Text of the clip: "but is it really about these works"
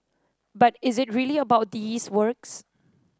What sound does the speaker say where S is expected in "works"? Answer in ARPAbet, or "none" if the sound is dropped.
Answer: S